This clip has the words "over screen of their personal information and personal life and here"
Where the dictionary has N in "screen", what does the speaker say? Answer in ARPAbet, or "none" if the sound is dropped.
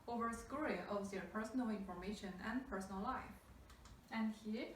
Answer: none